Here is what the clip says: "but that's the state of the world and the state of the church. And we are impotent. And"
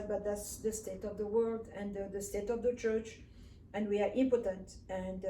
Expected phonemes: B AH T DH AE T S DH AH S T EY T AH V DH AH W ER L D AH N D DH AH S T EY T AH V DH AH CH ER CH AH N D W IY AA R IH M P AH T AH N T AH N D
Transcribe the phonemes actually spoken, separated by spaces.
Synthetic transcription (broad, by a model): B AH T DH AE T S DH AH S T EY T AH V DH AH W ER L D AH N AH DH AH S T EY T AH V DH AH CH ER CH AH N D W IY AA R IH M P AH T AH N T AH N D